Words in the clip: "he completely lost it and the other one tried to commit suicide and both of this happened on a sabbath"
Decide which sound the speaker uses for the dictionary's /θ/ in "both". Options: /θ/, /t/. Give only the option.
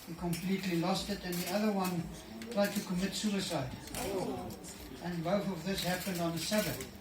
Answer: /θ/